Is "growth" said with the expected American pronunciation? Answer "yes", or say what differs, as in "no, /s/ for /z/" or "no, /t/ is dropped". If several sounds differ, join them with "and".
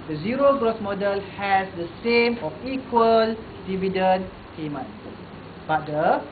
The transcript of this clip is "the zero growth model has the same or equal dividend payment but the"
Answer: no, /s/ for /θ/